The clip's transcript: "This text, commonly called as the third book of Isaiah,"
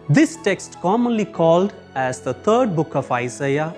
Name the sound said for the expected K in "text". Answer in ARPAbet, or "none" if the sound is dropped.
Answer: K